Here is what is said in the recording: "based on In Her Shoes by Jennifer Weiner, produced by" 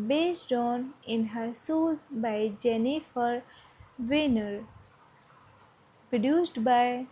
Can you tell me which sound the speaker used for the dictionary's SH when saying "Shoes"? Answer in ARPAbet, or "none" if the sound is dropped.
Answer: S